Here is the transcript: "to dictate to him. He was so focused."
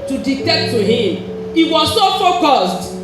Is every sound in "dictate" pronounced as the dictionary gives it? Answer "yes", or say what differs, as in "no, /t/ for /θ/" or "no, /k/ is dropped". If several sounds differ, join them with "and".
no, /k/ is dropped